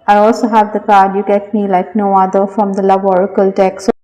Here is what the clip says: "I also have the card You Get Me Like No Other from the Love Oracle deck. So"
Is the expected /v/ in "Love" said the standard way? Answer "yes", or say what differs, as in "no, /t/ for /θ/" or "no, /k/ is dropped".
no, /b/ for /v/